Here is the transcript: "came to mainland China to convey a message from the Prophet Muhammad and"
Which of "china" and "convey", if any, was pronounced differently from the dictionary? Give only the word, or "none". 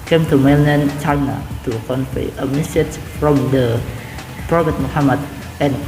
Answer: convey